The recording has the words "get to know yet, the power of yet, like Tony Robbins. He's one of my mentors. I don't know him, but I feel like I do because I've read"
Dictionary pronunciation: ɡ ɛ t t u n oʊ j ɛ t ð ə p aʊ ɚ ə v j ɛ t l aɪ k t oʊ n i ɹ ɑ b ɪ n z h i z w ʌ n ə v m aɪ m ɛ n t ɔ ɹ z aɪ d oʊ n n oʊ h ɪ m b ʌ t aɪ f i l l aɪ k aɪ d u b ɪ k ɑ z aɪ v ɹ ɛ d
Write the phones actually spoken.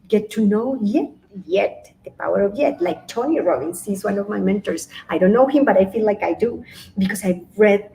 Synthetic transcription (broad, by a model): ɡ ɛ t t u n oʊ j ɛ t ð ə p aʊ ɚ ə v j ɛ t l aɪ k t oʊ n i ɹ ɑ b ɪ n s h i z w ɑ n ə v m aɪ m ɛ n t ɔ ɹ s aɪ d oʊ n n oʊ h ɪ m b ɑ t aɪ f i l l aɪ k aɪ d u b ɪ k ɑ s aɪ ɹ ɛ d